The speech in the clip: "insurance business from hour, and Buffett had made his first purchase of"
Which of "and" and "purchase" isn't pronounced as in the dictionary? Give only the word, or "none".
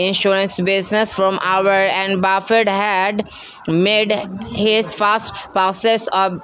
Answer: purchase